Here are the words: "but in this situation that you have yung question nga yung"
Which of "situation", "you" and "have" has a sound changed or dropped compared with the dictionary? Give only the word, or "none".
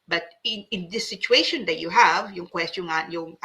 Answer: none